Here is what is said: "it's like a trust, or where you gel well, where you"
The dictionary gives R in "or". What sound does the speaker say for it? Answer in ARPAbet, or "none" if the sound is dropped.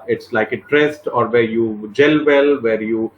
R